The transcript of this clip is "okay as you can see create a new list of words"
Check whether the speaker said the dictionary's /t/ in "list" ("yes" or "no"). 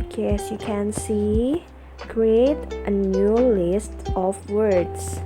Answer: yes